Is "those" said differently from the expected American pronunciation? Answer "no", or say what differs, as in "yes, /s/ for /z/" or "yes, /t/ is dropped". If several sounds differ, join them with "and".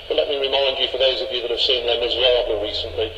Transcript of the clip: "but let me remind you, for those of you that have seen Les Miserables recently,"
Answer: no